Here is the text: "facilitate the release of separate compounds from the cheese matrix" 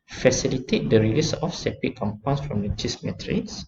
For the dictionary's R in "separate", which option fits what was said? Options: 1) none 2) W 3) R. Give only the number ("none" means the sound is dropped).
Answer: 1